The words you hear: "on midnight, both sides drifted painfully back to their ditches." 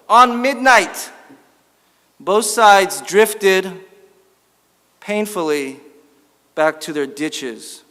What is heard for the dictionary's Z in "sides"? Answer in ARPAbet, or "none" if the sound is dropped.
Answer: Z